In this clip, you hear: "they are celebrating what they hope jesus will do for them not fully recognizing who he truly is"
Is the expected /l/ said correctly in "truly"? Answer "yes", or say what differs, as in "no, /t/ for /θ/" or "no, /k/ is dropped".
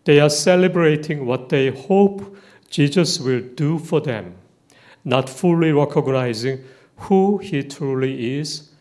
yes